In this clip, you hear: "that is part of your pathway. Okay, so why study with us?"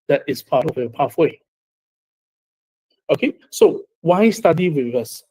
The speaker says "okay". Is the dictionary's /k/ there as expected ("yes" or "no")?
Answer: yes